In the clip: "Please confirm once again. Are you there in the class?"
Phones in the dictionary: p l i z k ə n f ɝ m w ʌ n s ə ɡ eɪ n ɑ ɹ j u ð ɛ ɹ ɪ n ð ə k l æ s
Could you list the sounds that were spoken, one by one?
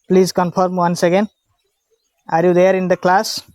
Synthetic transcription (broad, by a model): p l i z k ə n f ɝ m w ʌ n s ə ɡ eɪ n ɑ ɹ j u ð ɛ ɹ ɪ n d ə k l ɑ s